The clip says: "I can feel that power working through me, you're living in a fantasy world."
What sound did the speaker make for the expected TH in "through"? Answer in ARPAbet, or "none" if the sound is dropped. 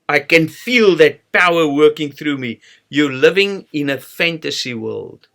TH